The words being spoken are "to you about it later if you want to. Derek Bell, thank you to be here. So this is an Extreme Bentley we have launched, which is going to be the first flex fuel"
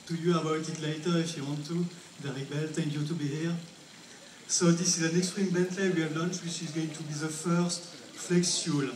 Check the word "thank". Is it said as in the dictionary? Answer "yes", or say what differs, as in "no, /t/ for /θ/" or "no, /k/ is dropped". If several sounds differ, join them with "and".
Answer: no, /t/ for /θ/